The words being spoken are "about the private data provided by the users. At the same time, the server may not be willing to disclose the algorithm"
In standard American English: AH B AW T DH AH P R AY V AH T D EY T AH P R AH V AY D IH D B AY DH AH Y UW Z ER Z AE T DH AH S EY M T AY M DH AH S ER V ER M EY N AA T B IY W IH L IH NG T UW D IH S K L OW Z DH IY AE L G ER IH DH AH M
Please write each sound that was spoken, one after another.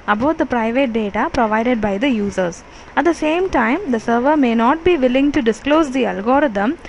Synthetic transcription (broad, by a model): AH B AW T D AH P R AY V AH T D EY T AH P R AH V AY D IH D B AY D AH Y UW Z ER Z AE T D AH S EY M T AY M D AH S ER V ER M EY N AA T B IY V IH L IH NG T UW D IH S K L OW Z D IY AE L G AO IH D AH M